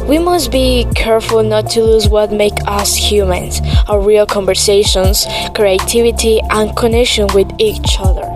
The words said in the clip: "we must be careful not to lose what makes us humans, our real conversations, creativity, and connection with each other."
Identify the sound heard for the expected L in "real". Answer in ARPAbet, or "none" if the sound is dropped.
L